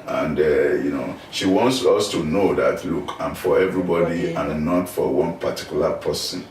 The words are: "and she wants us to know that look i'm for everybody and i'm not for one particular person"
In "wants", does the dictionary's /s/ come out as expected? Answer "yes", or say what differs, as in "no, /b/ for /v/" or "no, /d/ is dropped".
yes